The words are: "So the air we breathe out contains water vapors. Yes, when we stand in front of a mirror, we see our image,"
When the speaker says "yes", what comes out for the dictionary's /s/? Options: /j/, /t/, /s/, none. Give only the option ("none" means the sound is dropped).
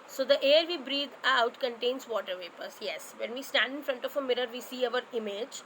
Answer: /s/